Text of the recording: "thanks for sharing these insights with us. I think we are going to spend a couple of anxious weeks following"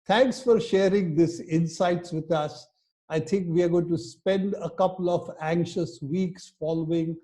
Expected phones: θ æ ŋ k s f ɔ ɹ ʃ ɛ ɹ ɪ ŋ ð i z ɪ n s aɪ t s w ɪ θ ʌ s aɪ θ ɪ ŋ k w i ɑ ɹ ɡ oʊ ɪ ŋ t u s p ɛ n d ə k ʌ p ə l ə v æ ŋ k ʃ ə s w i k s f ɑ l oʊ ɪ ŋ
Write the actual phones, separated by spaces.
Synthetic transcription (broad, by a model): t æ ŋ k s f ɔ ɹ ʃ ɛ ɹ ɪ ŋ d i s ɪ n s aɪ t s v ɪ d ʌ s aɪ t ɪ ŋ k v i ɑ ɹ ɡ oʊ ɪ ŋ t u s p ɛ n d ə k ʌ p ə l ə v æ ŋ k ʃ ə s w i k s f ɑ l oʊ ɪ ŋ